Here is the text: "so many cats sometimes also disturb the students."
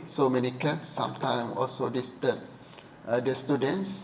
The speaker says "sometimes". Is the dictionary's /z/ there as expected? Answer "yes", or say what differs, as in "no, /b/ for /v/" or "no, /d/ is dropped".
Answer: no, /z/ is dropped